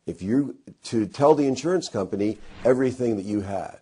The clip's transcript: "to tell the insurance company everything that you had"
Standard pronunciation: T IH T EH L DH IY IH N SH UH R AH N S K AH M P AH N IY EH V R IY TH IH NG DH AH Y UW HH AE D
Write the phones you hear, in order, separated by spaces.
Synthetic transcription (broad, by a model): T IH T EH L DH IY IH N SH UH R AH N S K AH M P AH N IY EH V R IY TH IH NG DH AH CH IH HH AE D